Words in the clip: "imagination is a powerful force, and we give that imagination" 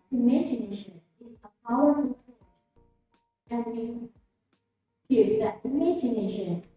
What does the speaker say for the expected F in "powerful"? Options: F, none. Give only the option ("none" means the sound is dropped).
none